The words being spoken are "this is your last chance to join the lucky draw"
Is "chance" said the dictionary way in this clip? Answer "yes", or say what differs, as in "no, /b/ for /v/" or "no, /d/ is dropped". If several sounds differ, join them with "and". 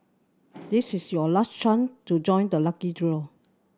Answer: no, /s/ is dropped